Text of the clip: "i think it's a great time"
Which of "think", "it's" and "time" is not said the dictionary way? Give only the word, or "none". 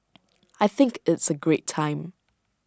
none